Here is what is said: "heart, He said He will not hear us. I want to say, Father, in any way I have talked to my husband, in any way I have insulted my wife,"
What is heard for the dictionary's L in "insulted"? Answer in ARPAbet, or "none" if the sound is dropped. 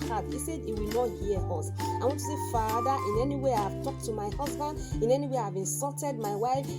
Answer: none